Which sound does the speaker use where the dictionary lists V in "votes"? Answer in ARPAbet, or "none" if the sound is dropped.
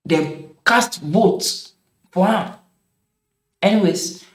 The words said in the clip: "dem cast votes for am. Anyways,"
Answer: B